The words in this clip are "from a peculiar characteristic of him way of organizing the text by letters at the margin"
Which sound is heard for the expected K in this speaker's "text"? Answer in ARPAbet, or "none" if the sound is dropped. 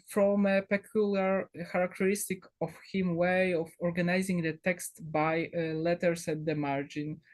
K